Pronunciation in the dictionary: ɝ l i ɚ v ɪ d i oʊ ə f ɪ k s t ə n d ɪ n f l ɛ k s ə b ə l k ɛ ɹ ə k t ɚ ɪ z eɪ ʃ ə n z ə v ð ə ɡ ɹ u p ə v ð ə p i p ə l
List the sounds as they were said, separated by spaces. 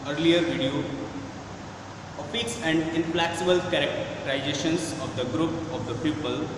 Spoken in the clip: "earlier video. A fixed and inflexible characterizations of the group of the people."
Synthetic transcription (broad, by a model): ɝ l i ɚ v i d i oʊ ə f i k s ə n d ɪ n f l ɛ k s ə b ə l k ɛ ɹ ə k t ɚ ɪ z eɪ ʃ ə n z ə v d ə ɡ ɹ u p ə v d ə p i p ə l